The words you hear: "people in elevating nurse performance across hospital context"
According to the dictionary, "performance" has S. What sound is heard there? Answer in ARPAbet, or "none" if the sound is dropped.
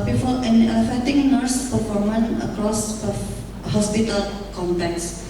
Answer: none